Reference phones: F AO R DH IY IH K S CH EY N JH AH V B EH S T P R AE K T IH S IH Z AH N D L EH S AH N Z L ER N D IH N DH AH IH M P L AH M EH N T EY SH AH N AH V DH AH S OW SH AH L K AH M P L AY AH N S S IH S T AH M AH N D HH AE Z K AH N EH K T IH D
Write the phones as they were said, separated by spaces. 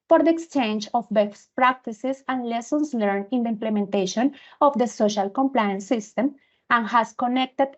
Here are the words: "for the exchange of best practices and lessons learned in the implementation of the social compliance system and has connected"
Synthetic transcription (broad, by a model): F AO R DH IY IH K S CH EY N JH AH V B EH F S P R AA K T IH S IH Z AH N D L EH S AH N S L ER N IH N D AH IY M P L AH M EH N T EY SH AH N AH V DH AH S OW SH AH L K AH M P L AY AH N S S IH S T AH M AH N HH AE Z K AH N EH K T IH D